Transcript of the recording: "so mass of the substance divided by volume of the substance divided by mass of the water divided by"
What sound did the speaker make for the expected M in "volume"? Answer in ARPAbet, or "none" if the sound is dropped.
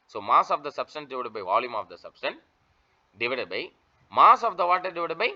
M